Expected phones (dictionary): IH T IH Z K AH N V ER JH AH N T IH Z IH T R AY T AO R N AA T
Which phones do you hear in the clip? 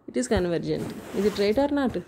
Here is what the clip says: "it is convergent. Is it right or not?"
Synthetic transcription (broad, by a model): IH T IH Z K AH N V ER JH AH N T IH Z IH T R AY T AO R N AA T